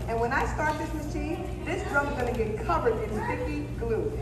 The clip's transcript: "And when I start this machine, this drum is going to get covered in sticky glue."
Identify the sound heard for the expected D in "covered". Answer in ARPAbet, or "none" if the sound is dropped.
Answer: D